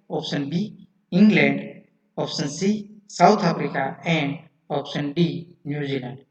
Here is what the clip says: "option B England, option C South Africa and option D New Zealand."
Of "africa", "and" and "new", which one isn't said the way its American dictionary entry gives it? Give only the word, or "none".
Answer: africa